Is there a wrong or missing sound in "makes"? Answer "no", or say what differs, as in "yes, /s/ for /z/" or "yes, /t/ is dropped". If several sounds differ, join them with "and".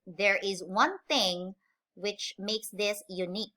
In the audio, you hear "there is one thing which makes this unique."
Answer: no